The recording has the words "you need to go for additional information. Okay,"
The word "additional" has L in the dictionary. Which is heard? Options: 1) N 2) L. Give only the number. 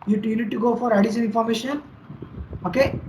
1